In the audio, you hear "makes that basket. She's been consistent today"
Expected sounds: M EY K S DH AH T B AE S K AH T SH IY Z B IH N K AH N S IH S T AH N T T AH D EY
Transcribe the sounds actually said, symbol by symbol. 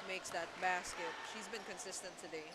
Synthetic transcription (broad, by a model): M EY K S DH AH T B AE S K AH T SH IY Z B IH N K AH N S IH S T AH N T T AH D EY